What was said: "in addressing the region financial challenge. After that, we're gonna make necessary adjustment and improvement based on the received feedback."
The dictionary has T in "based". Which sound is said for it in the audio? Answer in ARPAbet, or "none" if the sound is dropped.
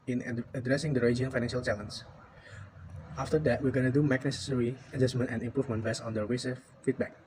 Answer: none